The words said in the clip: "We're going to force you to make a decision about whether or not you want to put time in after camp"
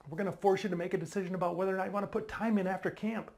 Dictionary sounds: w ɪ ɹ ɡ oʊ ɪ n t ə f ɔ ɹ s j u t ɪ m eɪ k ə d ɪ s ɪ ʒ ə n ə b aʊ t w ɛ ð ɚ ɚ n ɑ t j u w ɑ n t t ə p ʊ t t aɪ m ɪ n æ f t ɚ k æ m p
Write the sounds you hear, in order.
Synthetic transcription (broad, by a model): w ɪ ɹ ɡ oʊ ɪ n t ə f ɔ ɹ s j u t ɪ m eɪ k ə d ɪ s ɪ ʒ ə n ə b aʊ t w ɛ ð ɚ ɚ n ɑ t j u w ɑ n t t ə p ʊ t t aɪ m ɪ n æ f t ɚ k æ m p